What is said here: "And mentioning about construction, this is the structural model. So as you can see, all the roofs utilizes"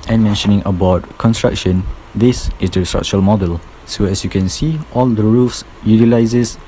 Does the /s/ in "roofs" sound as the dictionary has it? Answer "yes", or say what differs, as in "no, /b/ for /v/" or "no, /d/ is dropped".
yes